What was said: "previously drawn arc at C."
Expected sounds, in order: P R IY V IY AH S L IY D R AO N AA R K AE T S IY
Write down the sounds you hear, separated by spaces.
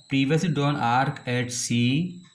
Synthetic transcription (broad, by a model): P R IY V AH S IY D AO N AA R K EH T S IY